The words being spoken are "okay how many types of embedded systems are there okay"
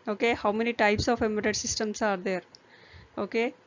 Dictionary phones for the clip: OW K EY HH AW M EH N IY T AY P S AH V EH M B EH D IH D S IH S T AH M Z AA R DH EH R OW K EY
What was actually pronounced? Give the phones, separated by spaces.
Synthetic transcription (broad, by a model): OW K EY HH AW M EH N IY T AY P S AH F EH M EH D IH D S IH S T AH M S AA R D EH R OW K EY